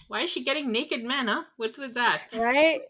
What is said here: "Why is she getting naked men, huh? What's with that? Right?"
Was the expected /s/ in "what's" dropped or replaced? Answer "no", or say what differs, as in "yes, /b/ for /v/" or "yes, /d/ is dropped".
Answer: no